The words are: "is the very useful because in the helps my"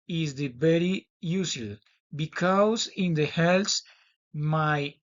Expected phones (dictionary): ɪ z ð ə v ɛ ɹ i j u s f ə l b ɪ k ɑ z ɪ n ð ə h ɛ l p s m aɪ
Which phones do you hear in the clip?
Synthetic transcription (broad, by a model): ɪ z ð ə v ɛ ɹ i j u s ə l b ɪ k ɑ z ɪ n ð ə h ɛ l s m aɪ